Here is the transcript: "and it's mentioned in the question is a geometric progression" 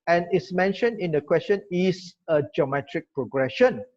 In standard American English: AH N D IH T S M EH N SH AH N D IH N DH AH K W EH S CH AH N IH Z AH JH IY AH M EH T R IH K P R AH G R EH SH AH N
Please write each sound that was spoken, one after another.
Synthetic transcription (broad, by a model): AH N IH T S M EH N SH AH N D IH N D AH K W EH S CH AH N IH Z AH JH IY AH M EH T R IH K P R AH G R EH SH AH N